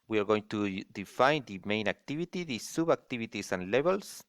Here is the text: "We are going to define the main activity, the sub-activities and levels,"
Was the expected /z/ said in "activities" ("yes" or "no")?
no